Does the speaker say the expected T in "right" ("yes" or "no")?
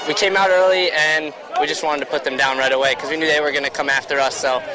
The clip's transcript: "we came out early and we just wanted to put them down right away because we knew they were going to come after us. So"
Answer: yes